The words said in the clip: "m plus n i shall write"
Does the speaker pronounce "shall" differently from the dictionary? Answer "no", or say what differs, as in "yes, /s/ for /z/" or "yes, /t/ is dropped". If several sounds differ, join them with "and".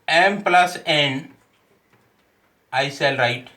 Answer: yes, /s/ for /ʃ/